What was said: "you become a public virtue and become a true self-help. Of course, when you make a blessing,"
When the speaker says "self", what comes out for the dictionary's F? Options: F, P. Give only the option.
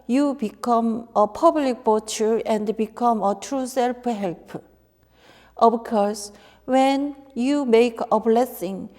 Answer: P